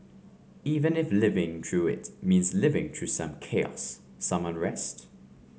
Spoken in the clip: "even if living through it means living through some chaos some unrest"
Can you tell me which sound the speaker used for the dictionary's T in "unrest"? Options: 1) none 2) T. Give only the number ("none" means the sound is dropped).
2